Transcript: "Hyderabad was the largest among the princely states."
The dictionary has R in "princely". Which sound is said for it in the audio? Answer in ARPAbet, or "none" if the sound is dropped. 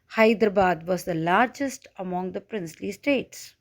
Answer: R